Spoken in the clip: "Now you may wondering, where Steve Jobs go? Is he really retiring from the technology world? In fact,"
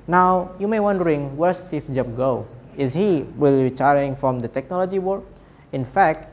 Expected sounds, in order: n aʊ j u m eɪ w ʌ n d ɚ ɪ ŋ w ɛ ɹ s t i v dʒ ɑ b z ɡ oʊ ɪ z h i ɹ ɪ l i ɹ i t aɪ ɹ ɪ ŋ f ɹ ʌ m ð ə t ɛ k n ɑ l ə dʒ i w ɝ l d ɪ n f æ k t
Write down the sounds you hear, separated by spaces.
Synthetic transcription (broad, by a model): n aʊ j u m eɪ w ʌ n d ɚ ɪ ŋ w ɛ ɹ s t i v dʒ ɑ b ɡ oʊ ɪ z h i w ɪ l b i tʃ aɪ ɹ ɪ ŋ f ɹ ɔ m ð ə t ɛ k n ɑ l ə dʒ i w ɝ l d ɪ n f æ k t